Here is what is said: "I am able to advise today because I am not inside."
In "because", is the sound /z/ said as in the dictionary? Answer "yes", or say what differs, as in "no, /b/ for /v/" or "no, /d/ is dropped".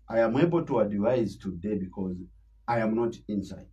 yes